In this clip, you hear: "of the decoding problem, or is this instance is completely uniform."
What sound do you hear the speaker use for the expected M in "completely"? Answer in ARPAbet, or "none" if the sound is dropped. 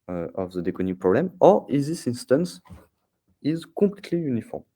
none